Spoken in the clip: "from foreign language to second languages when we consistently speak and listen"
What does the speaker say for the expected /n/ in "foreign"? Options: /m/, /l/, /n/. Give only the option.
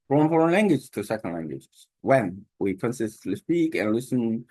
/n/